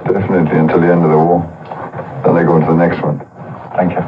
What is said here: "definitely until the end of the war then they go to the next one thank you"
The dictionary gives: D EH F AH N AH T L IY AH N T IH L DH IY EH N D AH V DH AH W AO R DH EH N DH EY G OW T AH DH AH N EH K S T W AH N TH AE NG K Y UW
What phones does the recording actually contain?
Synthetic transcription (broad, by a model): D EH F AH N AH T L IY AH N T IH L DH IY EH N D AH V DH AH W AO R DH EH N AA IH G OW T AH DH AH N EH K S T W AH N TH AE NG K Y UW